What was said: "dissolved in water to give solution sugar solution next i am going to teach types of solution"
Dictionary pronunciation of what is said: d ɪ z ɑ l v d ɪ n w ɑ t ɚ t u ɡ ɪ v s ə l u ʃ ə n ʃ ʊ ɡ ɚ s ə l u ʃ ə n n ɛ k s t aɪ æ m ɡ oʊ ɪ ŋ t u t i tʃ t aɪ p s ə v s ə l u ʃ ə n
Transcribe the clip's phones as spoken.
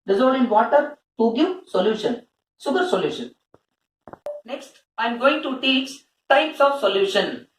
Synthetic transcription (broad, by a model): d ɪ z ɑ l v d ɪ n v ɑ t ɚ t u ɡ ɪ v s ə l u ʃ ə n s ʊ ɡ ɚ s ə l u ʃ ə n n ɛ k s t aɪ m ɡ oʊ ɪ ŋ t u t i tʃ t aɪ p s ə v s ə l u ʃ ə n